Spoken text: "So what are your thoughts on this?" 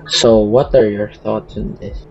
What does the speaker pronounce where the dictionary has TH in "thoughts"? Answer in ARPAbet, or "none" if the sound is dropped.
TH